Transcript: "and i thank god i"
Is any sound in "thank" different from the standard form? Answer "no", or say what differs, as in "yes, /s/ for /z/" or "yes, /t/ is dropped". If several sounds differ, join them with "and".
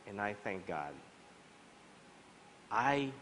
no